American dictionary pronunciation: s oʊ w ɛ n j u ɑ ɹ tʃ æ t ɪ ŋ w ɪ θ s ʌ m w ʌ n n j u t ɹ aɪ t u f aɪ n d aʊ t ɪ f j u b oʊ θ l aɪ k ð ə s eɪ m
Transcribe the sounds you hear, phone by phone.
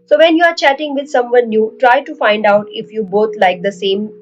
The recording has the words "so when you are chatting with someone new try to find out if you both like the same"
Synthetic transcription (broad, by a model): s oʊ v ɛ n j u ɑ ɹ tʃ æ t ɪ ŋ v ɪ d s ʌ m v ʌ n n j u t ɹ aɪ t u f aɪ n d aʊ t ɪ f j u b oʊ t l aɪ k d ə s eɪ m